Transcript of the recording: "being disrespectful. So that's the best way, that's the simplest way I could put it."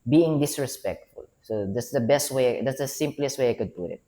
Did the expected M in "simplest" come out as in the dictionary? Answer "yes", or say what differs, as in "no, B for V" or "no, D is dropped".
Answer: yes